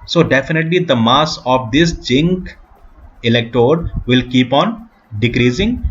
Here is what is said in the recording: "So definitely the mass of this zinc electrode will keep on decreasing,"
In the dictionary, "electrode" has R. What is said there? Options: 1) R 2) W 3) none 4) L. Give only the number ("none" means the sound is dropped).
3